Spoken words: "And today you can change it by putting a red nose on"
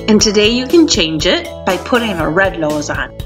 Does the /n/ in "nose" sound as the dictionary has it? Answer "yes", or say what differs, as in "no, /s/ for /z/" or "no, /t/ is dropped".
no, /l/ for /n/